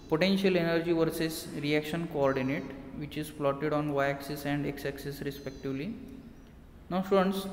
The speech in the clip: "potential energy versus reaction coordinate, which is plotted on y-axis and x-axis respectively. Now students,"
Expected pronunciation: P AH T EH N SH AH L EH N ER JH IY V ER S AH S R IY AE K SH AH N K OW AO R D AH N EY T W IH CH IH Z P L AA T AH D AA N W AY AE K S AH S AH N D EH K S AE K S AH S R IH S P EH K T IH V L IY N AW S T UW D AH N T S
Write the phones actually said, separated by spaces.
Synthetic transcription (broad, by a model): P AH T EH N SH AH L EH N ER JH IY V ER S AH S R IY AE K SH AH N K OW AO R D AH N EY T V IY CH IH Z F L AA T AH D AA N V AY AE K S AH S AH N D EH K S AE K S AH S R IH S P EH K T IH V L IY N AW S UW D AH N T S